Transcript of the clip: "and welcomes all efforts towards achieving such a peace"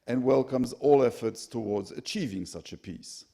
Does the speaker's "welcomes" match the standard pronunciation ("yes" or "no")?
yes